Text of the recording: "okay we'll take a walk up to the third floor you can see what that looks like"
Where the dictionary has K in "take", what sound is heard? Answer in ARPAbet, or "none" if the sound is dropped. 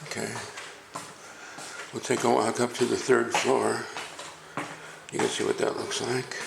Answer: none